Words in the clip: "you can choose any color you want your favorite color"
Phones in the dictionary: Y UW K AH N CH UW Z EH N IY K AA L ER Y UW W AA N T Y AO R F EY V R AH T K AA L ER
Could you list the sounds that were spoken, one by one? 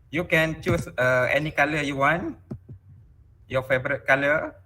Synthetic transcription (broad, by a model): Y UW K AH N CH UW S EH N IY K AA L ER Y UW W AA N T Y AO F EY B R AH T K AA L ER